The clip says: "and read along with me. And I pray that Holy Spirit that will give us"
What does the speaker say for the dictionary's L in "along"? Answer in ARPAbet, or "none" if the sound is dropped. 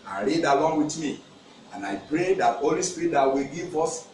W